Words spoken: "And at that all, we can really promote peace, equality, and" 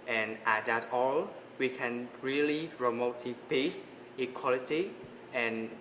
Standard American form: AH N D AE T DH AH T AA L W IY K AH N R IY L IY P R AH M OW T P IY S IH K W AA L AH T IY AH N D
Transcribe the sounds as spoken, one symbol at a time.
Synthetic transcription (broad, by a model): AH N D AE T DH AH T AA L W IY K AH N R IY L IY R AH M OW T B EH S IH K W AA L AH T IY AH N